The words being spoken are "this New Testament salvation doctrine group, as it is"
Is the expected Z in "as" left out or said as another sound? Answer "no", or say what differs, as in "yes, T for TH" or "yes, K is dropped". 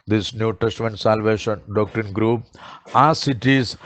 yes, S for Z